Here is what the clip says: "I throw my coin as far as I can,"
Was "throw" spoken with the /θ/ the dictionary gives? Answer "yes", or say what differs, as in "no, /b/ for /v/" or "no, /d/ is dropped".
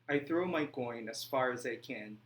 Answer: yes